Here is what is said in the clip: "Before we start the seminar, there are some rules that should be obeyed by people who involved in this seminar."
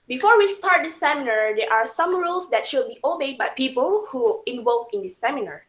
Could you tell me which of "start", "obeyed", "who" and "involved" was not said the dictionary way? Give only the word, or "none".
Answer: involved